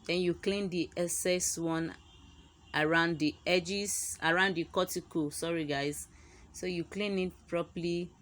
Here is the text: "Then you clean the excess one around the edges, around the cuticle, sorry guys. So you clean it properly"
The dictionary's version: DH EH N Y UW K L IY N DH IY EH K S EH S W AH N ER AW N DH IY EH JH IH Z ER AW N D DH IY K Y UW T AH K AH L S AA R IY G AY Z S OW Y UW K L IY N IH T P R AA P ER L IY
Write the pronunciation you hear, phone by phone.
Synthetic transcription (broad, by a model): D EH N Y UW K L IY N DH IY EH S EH S W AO N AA AW N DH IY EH JH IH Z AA AW N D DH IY K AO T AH K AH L S AA R IY G AY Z S OW Y UW K L IY N IH T P R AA P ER L IY